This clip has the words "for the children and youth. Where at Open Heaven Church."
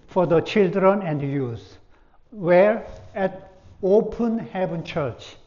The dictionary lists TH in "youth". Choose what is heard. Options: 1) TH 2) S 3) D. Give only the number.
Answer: 2